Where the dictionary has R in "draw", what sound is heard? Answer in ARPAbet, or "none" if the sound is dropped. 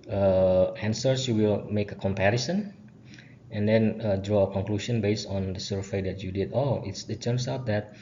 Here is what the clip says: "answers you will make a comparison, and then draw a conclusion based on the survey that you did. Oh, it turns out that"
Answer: R